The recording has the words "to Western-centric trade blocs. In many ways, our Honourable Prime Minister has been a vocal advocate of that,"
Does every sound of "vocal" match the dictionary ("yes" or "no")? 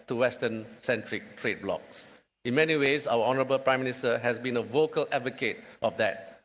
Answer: yes